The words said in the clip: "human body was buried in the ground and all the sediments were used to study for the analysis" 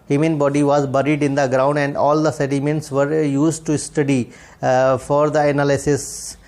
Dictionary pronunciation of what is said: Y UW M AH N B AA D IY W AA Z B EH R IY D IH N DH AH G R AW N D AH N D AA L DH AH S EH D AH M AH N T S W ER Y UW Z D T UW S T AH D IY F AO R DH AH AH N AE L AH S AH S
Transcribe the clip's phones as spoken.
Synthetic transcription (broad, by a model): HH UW M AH N B AA D IY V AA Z B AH R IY D IH N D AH G R AW N D AH N D AA L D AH S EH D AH M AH N T S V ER Y UW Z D T UW S T AH D IY F AO R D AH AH N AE L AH S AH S